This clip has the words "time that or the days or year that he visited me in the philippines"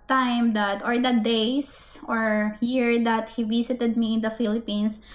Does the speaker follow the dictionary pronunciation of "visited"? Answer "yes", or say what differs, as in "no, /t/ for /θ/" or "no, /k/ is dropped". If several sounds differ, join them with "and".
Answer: no, /s/ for /z/